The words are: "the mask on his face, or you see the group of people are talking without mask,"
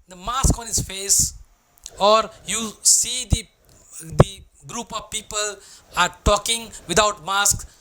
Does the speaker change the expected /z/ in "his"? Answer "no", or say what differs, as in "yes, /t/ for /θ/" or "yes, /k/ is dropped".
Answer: yes, /s/ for /z/